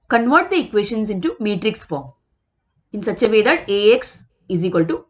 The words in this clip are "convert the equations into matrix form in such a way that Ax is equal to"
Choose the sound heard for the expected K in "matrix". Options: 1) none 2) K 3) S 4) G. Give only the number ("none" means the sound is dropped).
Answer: 2